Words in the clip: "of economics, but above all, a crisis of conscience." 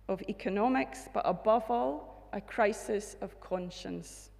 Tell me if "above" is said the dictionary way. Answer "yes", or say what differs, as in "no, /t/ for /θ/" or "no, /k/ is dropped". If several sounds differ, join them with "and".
yes